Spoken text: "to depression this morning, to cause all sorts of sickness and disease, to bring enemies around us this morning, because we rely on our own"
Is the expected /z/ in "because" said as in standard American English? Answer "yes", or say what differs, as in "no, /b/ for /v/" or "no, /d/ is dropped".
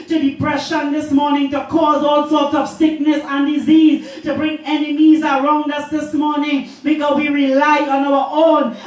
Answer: no, /z/ is dropped